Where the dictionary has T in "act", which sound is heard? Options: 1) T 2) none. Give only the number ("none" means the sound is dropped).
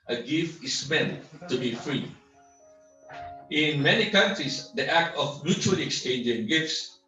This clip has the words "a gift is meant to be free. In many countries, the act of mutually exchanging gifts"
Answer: 1